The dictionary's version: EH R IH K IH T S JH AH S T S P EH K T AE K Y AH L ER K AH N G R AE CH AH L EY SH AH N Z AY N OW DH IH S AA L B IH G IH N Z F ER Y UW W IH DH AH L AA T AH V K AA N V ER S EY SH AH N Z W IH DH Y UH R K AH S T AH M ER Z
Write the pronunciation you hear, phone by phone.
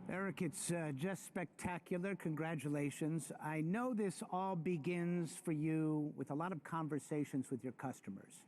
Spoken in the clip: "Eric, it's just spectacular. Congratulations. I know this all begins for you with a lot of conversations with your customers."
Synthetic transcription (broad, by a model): EH R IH K IH T S JH AH S T S P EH K T AE K Y L ER K AH N G R AE CH AH L EY SH AH N Z AY N OW DH IH S AA L B IH G IH N Z F ER Y UW W IH DH AH L AA T AH V K AA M V ER S EY SH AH N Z W IH DH Y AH R K AH S T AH M ER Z